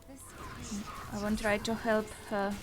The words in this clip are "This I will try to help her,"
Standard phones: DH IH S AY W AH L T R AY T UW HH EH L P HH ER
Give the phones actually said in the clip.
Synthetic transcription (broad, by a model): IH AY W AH N T R AY T UW HH EH L P HH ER